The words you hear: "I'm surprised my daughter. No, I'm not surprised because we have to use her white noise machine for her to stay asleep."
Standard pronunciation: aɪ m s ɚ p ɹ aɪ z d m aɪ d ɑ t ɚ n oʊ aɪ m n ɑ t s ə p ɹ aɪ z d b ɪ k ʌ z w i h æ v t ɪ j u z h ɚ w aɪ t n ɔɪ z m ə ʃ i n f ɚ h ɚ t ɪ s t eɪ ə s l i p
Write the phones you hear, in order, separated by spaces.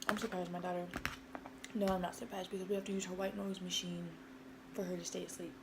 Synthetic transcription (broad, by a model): aɪ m s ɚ p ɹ aɪ z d m aɪ d ɑ t ɚ n oʊ aɪ m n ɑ t s ə p ɹ aɪ z d b ɪ k ʌ z w i h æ f t ɪ j u z h ɚ w aɪ t n ɔɪ z m ə ʃ i n f ɚ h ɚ t ɪ s t eɪ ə s l i p